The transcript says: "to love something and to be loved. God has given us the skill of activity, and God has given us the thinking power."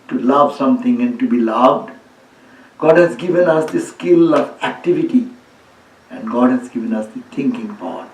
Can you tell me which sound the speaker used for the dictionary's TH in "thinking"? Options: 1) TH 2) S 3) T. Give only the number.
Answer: 3